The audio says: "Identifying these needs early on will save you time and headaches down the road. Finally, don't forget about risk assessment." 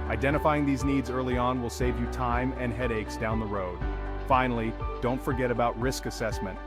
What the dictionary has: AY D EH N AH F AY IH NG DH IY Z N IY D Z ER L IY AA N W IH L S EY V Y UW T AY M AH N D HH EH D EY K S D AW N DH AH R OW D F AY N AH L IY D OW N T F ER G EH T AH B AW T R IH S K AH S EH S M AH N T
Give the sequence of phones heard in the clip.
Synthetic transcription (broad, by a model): AY D EH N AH F AY IH NG DH IY Z N IY D Z ER L IY AA N W IH L S EY V Y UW T AY M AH N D HH EH D EY K S D AW N DH AH R OW D F AY N L IY D OW N T F ER G EH T AH B AW T R IH S K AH S EH S M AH N T